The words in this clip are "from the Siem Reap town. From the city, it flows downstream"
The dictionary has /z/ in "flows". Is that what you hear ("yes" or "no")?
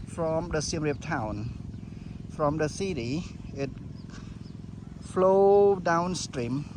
no